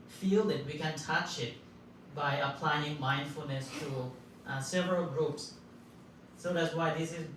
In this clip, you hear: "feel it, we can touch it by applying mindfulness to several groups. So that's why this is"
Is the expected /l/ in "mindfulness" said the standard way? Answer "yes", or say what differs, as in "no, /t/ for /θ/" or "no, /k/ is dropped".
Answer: yes